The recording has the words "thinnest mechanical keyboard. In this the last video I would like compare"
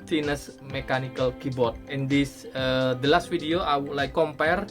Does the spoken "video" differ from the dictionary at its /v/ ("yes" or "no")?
yes